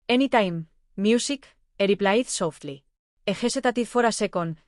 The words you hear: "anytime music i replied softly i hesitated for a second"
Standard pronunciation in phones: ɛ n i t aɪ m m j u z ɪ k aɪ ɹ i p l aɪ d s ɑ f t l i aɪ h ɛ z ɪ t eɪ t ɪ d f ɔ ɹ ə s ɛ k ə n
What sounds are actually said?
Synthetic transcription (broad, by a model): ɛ n i t aɪ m m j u s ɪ k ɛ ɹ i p l aɪ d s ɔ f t l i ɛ h ɛ s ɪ t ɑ t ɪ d f ɔ ɹ ə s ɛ k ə n